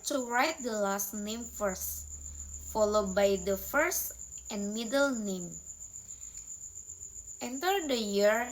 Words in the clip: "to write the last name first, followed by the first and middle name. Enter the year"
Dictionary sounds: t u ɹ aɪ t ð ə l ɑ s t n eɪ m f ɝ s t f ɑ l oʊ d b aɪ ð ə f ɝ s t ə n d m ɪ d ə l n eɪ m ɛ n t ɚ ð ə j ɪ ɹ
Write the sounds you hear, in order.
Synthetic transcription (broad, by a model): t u ɹ aɪ t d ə l ɑ s t n eɪ m f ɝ s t f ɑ l oʊ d b aɪ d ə f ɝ s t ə n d m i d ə l n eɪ m ɛ n t ɚ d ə j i ɹ